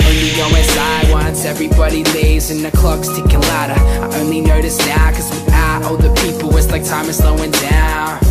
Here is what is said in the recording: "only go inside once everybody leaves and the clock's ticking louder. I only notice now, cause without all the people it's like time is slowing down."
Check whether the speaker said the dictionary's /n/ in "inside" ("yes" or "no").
no